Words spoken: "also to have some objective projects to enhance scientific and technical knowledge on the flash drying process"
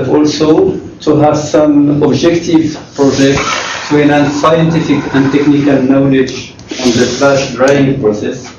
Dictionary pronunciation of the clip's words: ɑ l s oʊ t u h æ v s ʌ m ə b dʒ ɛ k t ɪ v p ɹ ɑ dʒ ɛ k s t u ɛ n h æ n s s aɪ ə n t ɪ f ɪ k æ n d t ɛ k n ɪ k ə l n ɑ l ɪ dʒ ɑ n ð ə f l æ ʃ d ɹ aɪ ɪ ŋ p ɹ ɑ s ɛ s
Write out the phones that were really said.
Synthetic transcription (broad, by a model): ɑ l s oʊ t u h æ v s ʌ m ə b dʒ ɛ k t ɪ v p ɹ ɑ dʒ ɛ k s t u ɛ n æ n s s aɪ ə n t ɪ f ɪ k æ n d t ɛ k n ɪ k ə l n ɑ l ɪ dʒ ɑ n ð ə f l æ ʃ d ɹ aɪ ɪ ŋ p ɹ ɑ s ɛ s